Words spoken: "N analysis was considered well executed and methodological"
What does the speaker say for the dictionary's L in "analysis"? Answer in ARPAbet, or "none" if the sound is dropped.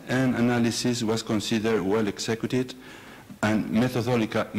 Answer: L